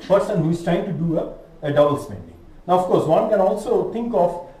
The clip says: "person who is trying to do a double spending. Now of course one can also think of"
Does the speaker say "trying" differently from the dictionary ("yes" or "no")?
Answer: no